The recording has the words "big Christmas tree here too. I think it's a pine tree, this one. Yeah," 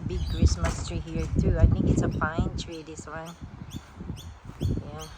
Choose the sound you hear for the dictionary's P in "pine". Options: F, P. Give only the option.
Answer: F